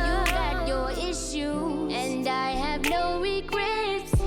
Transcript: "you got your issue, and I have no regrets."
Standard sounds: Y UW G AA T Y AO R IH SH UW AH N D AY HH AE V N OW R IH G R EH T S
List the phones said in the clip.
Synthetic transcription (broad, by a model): Y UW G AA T Y AO R IH SH UW AH N D AY HH AE V N OW R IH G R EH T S